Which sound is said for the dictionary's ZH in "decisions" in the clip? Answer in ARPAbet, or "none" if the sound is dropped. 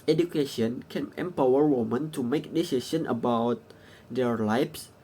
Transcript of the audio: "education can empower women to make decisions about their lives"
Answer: S